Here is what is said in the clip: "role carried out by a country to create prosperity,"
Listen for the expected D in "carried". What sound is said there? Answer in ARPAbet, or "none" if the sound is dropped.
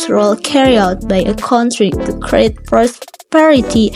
none